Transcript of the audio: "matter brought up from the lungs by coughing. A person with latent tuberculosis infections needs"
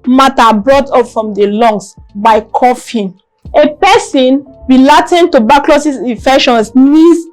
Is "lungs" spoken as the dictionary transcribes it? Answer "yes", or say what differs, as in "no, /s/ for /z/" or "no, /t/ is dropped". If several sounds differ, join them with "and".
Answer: no, /s/ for /z/